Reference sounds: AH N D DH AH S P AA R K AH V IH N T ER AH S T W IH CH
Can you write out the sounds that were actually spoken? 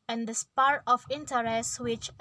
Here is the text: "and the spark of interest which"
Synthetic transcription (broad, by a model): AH N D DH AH S P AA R AH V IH N T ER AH S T W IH CH